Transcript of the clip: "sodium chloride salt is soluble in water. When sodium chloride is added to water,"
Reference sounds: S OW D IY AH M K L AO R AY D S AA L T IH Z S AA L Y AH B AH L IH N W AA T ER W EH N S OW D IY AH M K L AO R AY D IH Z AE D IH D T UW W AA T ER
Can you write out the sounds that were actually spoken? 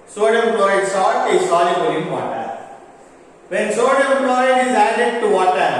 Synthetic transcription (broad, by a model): S OW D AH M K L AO IH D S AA T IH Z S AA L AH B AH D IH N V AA T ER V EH N S OW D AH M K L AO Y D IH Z AE D IH D T UW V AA T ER